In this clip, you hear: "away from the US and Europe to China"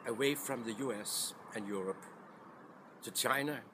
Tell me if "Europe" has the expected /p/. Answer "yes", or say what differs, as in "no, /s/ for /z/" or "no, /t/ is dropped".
yes